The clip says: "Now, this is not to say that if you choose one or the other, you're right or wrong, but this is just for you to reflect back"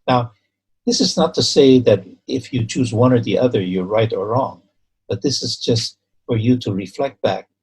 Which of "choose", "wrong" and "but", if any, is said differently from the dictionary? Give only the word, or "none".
none